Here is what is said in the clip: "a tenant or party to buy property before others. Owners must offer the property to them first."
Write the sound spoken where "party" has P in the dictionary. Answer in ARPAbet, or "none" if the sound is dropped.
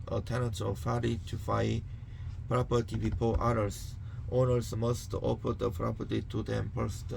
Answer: F